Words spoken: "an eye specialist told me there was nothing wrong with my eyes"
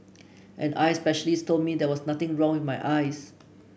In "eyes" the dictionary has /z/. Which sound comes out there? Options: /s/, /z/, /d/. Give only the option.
/s/